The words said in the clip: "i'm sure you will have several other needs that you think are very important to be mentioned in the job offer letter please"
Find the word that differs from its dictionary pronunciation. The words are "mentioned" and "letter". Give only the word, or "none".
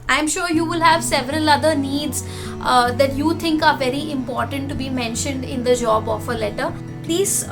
none